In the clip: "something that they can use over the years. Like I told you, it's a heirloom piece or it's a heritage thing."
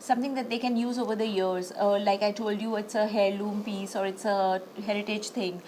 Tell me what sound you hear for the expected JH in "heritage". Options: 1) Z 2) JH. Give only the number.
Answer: 2